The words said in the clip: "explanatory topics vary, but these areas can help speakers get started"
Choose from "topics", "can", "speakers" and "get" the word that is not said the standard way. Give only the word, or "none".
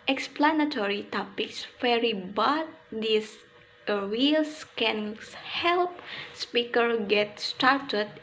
speakers